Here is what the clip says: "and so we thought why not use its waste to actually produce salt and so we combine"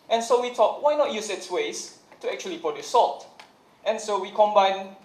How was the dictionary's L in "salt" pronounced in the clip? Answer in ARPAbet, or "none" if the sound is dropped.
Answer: L